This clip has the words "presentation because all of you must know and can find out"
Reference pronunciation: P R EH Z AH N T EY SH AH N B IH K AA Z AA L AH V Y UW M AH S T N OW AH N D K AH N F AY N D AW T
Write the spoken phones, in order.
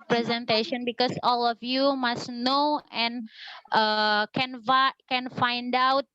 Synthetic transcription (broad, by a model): P R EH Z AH N T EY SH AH N B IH K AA S AA L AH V Y UW M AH S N N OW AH N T K AH N F AY N D AW T